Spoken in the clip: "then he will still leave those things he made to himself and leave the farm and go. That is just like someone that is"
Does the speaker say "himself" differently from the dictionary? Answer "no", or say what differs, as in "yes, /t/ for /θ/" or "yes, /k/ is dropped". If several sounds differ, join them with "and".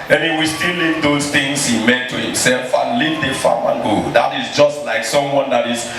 no